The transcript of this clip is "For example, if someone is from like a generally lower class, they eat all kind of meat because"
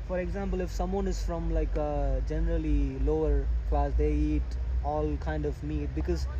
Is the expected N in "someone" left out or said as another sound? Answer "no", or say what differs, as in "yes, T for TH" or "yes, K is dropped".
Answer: no